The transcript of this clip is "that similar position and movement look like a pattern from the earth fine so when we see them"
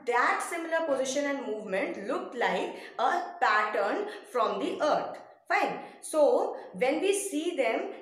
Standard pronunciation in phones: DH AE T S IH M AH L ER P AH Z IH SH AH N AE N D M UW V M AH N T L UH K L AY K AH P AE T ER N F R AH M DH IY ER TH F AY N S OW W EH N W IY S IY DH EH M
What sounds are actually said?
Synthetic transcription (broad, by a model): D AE T S IH M AH L ER P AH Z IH SH AH N AE N D M UW V M AH N T L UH K L AY K AH P AE T ER N F R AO M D IY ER T F AY N S OW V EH N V IY S IY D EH M